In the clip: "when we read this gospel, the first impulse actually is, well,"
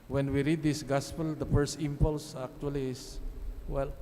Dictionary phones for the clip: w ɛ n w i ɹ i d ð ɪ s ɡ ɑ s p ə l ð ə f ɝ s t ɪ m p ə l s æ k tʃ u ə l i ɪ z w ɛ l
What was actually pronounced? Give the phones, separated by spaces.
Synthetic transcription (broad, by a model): w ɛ n w i ɹ i d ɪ s ɡ ɑ s p ə l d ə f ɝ s t ɪ m p ə l s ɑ k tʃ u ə l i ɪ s w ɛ l